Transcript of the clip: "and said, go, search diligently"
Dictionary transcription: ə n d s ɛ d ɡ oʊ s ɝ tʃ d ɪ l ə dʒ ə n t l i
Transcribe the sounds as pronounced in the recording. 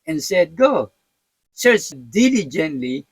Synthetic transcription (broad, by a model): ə n s ɛ d ɡ oʊ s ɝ s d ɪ l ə dʒ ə n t l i